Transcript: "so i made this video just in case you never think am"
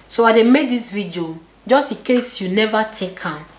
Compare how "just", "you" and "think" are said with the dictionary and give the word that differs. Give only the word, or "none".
think